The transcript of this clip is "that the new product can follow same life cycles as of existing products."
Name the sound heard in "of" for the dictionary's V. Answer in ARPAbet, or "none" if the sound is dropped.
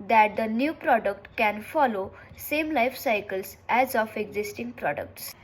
P